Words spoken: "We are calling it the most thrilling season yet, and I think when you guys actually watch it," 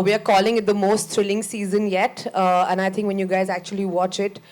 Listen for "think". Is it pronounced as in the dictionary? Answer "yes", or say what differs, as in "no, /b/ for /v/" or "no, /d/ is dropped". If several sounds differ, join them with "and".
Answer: no, /t/ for /θ/